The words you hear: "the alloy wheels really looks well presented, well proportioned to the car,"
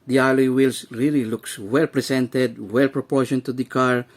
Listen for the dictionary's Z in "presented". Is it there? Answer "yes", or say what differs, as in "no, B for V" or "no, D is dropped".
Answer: no, S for Z